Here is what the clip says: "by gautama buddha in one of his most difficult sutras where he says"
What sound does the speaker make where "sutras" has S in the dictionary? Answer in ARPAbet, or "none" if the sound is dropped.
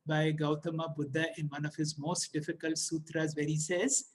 S